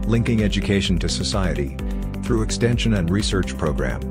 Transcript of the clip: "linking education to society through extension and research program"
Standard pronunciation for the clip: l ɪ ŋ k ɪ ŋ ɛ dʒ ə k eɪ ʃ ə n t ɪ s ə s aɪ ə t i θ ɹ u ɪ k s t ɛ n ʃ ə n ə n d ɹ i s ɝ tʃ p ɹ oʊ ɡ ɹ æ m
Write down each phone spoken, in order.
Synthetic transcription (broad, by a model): l ɪ ŋ k ɪ ŋ ɛ dʒ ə k eɪ ʃ n t ɪ s ə s aɪ ə t i θ ɹ u ɪ k s t ɛ n ʃ ə n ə n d ɹ i s ɝ tʃ p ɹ oʊ ɡ ɹ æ m